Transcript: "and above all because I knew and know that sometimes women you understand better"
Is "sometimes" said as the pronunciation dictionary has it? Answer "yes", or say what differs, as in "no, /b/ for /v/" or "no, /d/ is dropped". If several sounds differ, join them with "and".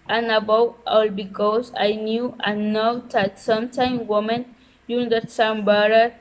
no, /z/ is dropped